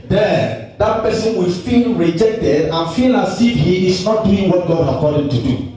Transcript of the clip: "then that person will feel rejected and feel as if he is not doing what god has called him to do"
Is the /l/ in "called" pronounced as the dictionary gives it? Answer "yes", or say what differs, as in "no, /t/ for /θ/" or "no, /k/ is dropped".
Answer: no, /l/ is dropped